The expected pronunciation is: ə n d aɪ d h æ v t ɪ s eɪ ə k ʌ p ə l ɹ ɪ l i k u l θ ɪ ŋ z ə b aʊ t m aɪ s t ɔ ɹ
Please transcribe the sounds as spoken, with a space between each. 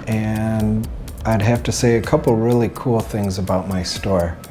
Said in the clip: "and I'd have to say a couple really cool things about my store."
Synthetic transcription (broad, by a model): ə n aɪ d h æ f t ɪ s eɪ ə k ʌ p l ɹ ɪ l i k u l θ ɪ ŋ z ə b aʊ t m aɪ s t ɔ ɹ